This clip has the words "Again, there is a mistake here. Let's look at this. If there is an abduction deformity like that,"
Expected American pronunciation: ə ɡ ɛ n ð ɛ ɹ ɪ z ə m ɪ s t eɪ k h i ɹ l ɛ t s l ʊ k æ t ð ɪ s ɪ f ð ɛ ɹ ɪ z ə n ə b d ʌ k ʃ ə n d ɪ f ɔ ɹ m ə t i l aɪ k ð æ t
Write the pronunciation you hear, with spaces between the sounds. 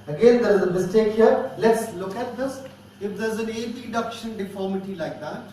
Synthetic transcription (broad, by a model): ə ɡ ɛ n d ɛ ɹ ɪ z ə m ɪ s t eɪ k h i ɹ l ɛ t s l ʊ k æ t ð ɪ s ɪ f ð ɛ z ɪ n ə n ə d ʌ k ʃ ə n d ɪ f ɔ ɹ m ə t i l aɪ k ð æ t